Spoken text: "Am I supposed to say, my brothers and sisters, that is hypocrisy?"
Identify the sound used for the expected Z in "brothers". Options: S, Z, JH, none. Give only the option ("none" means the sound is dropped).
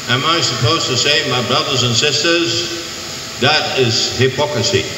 Z